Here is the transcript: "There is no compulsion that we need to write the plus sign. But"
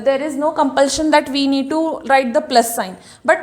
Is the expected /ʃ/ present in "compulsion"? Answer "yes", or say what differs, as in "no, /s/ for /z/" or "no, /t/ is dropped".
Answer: yes